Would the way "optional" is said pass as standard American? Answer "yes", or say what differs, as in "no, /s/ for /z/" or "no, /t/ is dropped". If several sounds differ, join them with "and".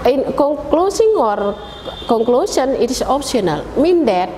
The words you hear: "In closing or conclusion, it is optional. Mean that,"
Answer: no, /s/ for /ʃ/